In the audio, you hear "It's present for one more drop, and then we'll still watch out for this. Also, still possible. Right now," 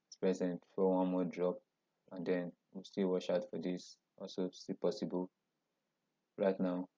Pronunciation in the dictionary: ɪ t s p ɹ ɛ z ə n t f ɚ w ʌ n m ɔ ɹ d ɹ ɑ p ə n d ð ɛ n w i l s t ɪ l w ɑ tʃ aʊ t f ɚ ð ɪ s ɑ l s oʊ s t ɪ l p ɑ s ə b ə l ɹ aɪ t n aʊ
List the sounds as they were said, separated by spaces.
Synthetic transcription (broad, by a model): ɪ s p ɹ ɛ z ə n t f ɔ w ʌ n m ɔ d ɹ ɑ p ə n d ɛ n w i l s t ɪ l w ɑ ʃ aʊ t f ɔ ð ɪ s ɑ l s oʊ s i p ɑ s ə b ə l ɹ aɪ t n aʊ